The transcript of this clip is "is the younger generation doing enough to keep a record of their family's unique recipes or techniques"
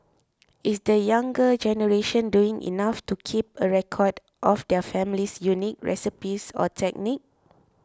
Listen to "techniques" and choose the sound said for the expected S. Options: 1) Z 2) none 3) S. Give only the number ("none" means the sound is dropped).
2